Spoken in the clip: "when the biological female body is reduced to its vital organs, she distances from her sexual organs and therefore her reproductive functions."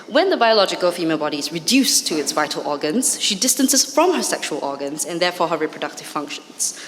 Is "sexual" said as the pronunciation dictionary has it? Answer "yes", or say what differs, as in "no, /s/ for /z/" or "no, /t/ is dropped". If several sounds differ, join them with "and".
yes